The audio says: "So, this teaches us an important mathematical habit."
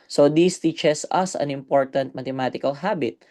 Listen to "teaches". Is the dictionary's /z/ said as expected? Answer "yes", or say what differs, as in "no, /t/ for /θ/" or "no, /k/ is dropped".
no, /s/ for /z/